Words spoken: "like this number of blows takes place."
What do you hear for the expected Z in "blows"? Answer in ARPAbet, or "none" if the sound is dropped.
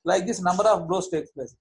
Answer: S